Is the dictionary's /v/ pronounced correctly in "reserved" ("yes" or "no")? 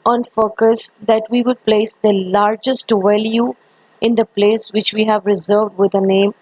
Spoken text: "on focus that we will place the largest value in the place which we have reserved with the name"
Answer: yes